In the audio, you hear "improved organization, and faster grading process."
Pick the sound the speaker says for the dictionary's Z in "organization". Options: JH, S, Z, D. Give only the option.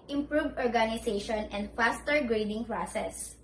S